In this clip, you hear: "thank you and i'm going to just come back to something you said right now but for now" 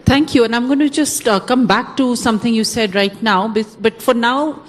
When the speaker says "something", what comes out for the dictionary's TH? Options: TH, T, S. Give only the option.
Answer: T